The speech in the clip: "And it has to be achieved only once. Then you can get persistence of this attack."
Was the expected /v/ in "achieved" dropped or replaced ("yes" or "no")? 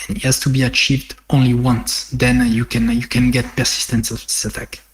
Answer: no